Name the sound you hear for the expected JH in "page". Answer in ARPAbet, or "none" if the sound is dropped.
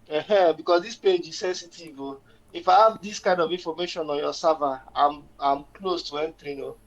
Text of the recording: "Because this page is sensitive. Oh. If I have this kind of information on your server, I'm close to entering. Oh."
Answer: JH